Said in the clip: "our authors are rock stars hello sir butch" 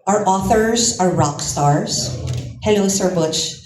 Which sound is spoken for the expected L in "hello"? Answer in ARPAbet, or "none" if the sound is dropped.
N